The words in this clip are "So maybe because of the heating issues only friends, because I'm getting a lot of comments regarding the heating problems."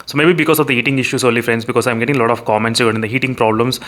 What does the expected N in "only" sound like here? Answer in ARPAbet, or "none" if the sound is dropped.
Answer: none